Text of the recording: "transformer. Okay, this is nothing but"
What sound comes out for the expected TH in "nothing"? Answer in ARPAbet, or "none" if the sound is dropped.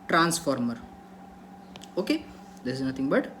T